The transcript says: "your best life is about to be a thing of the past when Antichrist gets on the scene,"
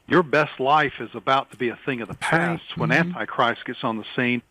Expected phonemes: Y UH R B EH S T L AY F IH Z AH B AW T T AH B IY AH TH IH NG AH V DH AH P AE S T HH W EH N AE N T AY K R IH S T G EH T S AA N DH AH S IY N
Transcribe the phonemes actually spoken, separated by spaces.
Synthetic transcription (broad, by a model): Y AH R B EH S T L AY F IH Z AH B AW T T AH B IY AH TH IH NG AH V DH AH P AE S T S W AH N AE N T AY K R IH S T G EH T S N DH AH S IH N